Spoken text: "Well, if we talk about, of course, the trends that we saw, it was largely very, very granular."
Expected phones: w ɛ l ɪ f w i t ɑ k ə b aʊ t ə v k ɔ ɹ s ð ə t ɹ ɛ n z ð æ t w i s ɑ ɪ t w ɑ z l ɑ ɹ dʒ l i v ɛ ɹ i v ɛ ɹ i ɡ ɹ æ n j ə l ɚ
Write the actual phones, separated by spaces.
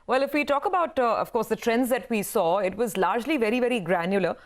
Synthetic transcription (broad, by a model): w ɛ l ɪ f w i t ɑ k ə b aʊ t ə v k ɔ ɹ s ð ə t ɹ ɛ n z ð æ t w i s ɑ ɪ t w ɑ z l ɑ ɹ dʒ l i v ɛ ɹ i v ɛ ɹ i ɡ ɹ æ n j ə l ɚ